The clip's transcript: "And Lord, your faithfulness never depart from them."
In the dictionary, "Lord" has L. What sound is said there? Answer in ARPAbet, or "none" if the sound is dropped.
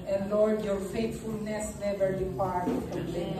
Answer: L